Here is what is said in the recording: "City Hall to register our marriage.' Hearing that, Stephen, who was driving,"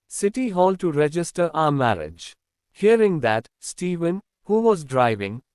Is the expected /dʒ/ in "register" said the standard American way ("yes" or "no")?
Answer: yes